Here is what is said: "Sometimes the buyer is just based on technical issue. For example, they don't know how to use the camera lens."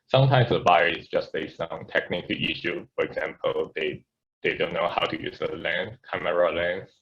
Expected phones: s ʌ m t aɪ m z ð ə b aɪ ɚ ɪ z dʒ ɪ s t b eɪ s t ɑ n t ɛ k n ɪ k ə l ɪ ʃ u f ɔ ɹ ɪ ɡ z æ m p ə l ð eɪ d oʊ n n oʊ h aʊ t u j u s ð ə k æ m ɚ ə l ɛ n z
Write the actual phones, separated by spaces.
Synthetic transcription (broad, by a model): s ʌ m t aɪ m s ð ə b aɪ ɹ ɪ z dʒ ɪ s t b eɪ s ɑ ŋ t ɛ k n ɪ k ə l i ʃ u f ɔ ɹ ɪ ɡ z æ m p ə l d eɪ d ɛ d n oʊ h aʊ t u j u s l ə k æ m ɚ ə l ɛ n